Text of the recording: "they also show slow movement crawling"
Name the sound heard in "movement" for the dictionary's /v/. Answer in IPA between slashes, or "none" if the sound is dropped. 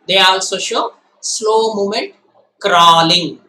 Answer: none